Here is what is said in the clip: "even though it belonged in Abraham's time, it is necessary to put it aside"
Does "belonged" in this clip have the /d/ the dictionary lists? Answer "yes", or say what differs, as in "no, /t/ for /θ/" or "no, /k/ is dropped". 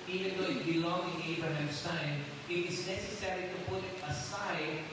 no, /d/ is dropped